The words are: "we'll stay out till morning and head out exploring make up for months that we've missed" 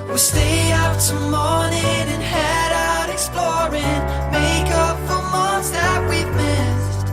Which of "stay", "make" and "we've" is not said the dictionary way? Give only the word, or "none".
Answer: we've